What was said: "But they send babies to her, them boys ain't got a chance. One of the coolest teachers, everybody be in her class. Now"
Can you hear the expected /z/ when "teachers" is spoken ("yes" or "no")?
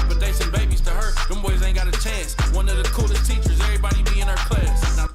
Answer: yes